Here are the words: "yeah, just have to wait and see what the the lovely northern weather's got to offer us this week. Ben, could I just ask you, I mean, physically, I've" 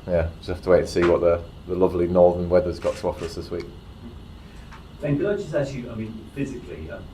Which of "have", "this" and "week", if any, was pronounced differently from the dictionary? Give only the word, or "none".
have